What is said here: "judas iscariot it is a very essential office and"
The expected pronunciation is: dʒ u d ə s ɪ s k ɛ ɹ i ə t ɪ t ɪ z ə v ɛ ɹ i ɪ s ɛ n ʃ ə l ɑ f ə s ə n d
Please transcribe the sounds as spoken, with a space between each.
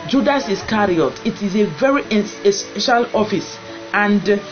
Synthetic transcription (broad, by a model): dʒ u d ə s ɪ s k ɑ ɹ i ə t ɪ t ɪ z ə v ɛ ɹ i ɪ s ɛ ʃ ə l ɑ f ə s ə n d